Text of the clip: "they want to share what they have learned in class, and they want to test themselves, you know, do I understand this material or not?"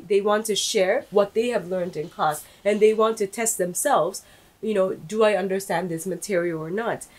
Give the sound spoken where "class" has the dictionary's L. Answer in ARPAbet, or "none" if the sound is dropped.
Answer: none